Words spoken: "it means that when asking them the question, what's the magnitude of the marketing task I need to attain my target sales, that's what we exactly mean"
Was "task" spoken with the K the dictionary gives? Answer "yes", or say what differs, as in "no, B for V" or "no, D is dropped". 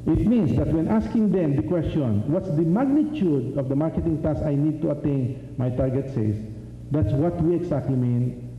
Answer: no, K is dropped